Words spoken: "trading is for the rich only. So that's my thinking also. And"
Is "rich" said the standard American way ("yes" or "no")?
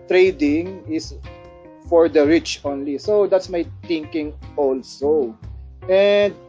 yes